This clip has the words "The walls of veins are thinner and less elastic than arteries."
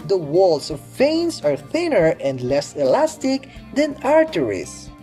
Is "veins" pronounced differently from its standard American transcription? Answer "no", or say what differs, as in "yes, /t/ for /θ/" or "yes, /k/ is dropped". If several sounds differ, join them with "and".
yes, /s/ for /z/